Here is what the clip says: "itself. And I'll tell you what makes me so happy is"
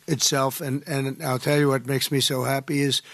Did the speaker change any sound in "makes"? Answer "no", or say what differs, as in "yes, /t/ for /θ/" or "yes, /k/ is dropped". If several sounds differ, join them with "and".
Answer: no